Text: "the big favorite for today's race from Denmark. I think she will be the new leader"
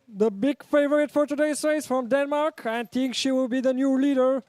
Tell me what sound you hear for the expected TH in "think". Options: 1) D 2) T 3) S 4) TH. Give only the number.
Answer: 2